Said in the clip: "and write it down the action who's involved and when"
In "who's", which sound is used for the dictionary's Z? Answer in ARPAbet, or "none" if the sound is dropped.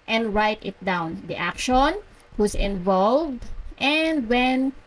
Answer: S